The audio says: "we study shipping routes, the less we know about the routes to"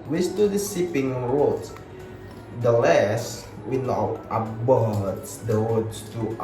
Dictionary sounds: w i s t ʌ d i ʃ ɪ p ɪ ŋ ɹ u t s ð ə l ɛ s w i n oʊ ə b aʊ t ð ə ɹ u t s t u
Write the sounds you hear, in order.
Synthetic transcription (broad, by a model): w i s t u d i s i p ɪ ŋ ɹ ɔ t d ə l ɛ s w i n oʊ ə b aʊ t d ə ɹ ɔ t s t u